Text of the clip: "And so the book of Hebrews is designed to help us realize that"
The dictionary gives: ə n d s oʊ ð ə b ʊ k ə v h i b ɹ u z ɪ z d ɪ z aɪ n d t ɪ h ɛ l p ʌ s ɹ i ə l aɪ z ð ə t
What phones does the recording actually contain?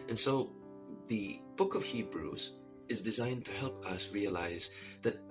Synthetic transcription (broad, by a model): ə n s oʊ ð ə b ʊ k ə v h i b ɹ u z ɪ z d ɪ z aɪ n t ɪ h ɛ l p ʌ s ɹ i ə l aɪ z ð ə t